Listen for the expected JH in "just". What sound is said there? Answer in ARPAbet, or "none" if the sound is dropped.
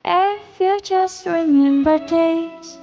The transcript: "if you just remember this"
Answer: CH